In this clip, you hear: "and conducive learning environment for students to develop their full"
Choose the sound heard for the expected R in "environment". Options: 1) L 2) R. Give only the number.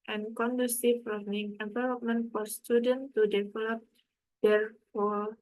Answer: 1